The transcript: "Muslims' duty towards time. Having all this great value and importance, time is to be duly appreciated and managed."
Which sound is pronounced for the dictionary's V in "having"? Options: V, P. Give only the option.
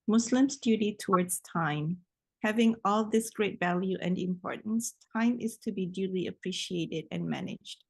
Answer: V